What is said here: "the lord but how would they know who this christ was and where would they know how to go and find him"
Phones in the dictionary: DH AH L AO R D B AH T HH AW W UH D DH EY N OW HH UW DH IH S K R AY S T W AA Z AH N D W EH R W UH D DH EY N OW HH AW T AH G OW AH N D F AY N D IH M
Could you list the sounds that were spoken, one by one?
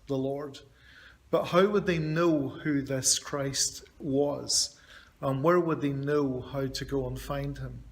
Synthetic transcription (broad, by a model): DH AH L AO R D B AH T HH AW W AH D DH EY N OW HH UW DH IH S K R AY S T W AA Z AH N W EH R W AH D DH EY N OW HH AW T AH G OW AH N F AY N D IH M